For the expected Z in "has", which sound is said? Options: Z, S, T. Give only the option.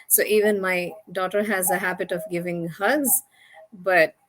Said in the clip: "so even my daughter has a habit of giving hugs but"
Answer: Z